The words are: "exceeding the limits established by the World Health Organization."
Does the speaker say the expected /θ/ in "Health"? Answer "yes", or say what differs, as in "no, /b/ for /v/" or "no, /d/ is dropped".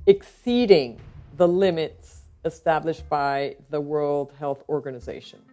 yes